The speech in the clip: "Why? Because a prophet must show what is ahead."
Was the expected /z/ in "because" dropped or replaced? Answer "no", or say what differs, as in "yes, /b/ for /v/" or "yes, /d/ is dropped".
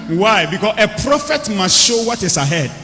yes, /s/ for /z/